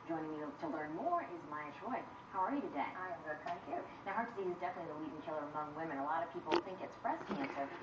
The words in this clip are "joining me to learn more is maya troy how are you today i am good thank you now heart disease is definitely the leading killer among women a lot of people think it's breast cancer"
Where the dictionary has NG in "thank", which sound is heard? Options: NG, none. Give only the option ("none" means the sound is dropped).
none